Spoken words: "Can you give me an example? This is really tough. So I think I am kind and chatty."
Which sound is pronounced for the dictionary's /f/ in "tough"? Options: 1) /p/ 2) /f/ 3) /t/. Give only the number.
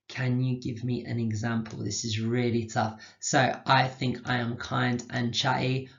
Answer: 2